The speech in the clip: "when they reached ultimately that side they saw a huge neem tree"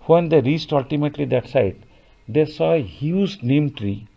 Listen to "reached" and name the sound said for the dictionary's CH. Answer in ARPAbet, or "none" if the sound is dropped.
S